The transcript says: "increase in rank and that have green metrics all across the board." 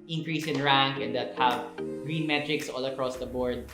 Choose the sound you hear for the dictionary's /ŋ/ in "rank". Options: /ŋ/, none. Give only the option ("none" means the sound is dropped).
/ŋ/